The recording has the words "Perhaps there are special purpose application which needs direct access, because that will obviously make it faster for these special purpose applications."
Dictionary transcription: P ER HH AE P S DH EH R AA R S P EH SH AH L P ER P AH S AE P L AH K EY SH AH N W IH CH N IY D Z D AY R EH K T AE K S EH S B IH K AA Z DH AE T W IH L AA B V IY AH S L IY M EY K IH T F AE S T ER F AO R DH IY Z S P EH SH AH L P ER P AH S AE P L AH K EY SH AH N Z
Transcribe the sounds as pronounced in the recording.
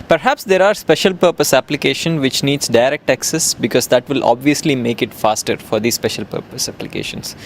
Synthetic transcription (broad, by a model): P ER HH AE P S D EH R AA R S P EH SH AH L P ER P AH S AE P L AH K EY SH AH N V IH CH N IY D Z D AY R EH K T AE K S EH S B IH K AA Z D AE T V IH L AA B V IY AH S L IY M EY K IH T F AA S T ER F AO R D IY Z S P EH SH AH L P ER P AH S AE P L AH K EY SH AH N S